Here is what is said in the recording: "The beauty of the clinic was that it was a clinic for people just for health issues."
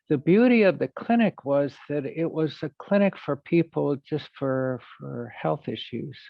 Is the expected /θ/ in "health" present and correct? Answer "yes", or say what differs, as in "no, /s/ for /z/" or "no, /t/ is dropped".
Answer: yes